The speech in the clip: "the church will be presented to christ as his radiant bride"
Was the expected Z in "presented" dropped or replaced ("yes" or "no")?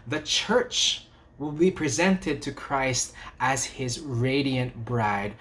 no